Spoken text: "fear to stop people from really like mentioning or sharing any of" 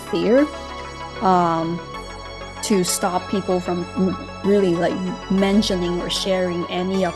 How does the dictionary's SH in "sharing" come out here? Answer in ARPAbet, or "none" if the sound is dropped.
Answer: SH